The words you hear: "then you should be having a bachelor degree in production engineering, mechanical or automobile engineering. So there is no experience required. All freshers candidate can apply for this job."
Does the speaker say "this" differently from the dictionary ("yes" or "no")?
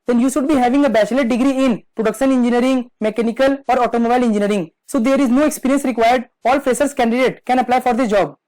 yes